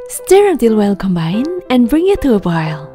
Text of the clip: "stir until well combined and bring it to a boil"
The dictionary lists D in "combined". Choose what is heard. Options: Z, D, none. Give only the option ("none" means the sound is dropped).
none